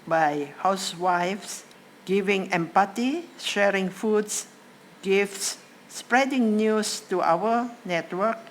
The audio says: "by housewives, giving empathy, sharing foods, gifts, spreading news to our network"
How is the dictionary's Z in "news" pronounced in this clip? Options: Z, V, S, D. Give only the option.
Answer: S